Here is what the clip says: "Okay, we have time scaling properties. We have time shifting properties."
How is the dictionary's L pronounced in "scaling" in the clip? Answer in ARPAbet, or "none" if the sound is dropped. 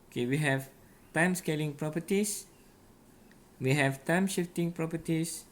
L